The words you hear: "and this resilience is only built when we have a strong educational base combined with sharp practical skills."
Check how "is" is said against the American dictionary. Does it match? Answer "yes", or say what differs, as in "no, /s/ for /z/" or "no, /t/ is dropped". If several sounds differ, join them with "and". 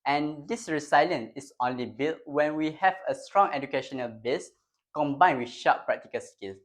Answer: no, /s/ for /z/